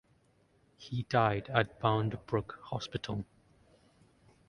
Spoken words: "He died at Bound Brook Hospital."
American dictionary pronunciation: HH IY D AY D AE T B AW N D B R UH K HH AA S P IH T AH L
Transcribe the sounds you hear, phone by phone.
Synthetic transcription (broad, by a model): HH IY D AY D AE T B AW N D B R UH K HH AA S P IH T AH L